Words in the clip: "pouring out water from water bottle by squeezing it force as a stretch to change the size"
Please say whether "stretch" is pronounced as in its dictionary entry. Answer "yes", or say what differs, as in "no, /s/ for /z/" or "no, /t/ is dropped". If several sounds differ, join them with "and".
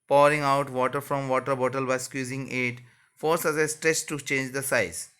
no, /s/ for /tʃ/